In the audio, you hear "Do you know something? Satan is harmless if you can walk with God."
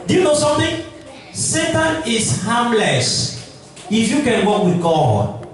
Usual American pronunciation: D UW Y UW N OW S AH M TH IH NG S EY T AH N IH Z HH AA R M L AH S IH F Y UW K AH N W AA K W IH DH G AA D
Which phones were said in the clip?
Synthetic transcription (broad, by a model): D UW Y UW N OW S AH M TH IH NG S EY T AH N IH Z HH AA M L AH S IH F Y UW K AH N W AA K W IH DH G AA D